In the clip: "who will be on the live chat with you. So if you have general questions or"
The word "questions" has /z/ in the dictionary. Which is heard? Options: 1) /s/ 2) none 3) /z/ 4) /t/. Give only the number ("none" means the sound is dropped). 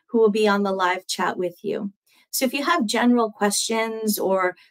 3